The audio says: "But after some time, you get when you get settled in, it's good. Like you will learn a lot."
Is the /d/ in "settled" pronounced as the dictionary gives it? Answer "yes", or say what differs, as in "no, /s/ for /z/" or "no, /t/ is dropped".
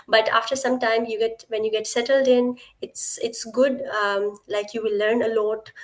yes